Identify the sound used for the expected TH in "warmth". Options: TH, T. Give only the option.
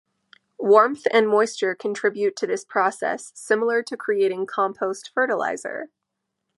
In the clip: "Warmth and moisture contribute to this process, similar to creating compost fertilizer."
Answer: TH